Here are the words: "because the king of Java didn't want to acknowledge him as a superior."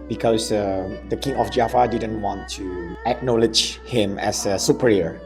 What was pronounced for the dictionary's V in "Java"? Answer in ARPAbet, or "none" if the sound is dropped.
F